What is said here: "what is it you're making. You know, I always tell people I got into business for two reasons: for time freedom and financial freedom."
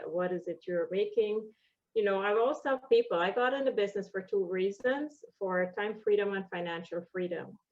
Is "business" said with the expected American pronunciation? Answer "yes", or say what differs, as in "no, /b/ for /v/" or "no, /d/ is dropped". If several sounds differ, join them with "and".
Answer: yes